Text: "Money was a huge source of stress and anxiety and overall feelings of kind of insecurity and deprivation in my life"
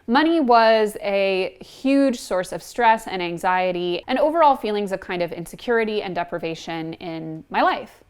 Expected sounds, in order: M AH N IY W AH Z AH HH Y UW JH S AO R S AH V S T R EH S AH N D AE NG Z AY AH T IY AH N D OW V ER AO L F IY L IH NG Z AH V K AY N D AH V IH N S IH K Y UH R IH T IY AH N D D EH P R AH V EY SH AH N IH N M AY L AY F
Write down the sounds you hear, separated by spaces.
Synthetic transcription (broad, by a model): M AH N IY W AH Z AH HH Y UW JH S AO R S AH V S T R EH S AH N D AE NG Z AY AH T IY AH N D OW V ER AO L F IY L IH NG Z AH V K AY N D AH V IH N S IH K Y UH R IH T IY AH N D D EH P R AH V EY SH AH N IH N M AY L AY F